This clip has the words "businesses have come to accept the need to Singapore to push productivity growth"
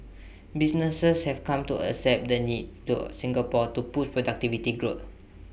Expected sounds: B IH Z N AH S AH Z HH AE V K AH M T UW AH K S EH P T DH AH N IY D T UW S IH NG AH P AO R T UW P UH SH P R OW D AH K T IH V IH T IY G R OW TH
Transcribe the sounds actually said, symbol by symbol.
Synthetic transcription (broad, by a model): B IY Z N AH S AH S HH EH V K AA M T UW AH S EH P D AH N IY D T UW S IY NG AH P AO T UW P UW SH P R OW D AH K T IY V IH T IY G R OW T